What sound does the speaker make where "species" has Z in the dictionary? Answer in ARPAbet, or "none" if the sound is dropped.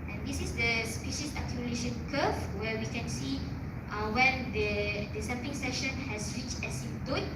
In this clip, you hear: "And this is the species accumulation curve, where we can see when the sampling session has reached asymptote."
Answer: S